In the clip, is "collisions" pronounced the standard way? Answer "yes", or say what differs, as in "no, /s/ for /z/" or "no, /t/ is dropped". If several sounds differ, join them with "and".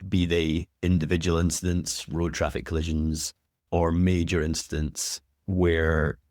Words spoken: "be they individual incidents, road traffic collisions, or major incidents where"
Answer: yes